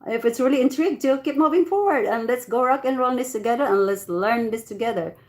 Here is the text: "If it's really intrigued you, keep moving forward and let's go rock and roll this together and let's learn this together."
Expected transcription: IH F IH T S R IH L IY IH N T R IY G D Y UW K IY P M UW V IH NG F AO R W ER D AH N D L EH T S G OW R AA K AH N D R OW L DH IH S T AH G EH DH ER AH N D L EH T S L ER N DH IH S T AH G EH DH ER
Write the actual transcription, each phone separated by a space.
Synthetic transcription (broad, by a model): IH F IH T S R IH L IY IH N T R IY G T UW K IY P M UW V IH NG F AO R W ER D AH N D L EH T S G OW R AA K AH N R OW N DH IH S T AH G EH DH ER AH N L EH T S L ER N DH IH S T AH G EH DH ER